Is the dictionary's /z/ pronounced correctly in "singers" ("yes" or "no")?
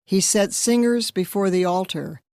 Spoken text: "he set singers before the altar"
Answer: yes